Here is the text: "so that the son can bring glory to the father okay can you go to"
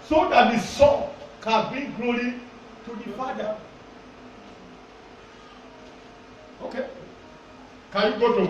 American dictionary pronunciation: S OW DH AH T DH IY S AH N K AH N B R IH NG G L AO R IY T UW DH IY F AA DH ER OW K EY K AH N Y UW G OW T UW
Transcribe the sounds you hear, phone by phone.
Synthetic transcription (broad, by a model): S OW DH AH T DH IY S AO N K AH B IY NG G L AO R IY T UW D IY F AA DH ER OW K EY K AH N Y UW G OW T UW